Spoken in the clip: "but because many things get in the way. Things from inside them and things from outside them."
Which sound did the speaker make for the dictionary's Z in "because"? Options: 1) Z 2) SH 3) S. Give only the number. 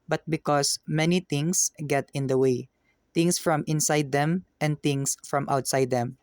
3